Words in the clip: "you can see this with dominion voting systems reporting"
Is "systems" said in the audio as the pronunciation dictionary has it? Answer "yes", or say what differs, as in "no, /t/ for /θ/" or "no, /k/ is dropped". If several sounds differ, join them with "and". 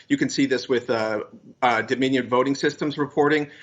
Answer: yes